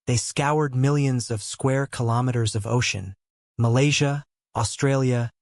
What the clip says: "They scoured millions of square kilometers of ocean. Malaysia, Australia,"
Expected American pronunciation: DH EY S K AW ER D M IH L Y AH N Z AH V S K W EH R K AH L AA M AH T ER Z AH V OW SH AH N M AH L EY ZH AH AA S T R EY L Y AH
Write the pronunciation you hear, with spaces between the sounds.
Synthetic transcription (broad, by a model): DH EY S K AW ER D M IH L Y AH N Z AH V S K W EH R K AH L AA M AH T ER Z AH V OW SH AH N M AH L EY ZH AH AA S T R EY L Y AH